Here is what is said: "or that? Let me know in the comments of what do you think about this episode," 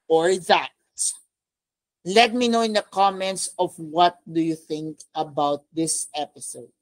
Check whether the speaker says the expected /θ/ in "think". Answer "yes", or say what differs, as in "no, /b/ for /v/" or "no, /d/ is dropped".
yes